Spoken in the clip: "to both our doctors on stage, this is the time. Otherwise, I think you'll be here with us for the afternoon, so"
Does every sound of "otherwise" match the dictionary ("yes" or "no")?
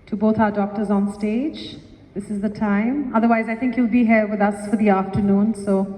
yes